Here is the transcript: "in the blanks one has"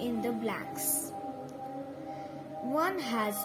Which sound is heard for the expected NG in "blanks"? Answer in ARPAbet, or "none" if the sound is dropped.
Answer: none